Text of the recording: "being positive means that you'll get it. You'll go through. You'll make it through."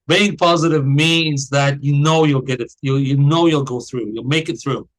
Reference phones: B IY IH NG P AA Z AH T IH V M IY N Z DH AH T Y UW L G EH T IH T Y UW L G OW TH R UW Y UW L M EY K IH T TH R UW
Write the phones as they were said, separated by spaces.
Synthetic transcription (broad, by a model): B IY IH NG P AA Z AH T IH V M IY N Z DH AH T Y UW L G EH T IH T Y UW L G OW TH R UW Y UW L M EY K IH T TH R UW